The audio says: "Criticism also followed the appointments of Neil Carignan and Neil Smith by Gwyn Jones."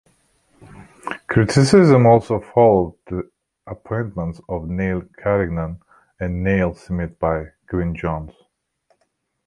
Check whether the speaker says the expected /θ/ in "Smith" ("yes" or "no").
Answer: no